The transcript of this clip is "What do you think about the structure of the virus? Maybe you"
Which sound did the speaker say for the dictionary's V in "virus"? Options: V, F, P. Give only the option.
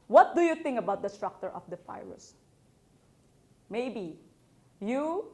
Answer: F